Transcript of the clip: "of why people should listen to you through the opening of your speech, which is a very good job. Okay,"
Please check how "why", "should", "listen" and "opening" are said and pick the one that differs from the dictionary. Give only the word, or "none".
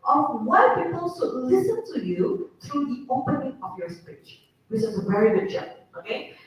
should